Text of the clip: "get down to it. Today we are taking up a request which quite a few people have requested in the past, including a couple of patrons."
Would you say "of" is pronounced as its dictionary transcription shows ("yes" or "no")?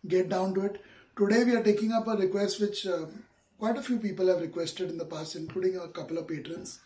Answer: yes